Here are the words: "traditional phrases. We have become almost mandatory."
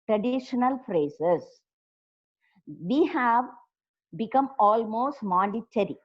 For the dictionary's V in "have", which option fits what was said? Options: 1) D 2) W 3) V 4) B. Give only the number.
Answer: 3